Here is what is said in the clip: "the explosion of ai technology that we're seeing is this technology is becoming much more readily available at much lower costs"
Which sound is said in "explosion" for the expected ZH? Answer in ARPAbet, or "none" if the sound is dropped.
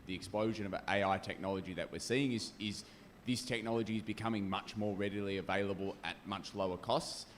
ZH